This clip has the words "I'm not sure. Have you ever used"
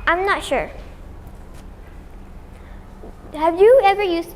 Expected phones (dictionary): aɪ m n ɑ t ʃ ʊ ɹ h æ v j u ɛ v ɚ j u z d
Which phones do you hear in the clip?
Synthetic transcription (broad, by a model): aɪ m n ɑ t ʃ ʊ ɹ h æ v j u ɛ v ɚ j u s